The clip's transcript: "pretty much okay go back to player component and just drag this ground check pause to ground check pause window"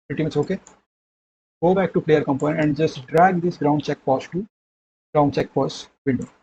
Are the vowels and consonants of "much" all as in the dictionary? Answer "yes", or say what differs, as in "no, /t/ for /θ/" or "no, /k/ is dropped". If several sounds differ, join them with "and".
no, /s/ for /tʃ/